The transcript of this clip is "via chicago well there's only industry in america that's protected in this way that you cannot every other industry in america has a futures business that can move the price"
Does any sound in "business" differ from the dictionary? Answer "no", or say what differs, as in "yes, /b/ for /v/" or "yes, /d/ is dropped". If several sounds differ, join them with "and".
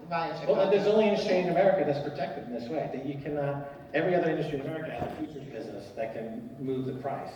no